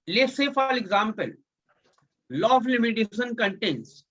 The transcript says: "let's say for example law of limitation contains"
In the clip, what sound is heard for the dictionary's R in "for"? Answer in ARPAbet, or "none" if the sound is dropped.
L